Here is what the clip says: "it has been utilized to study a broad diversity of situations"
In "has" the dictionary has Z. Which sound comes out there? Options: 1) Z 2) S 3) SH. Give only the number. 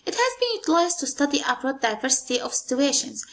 1